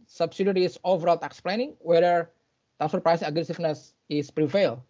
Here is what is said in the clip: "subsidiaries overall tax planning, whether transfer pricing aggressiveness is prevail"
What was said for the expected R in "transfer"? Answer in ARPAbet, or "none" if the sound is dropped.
none